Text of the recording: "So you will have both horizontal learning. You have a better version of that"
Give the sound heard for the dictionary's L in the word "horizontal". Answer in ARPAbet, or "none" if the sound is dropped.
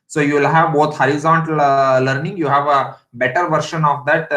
L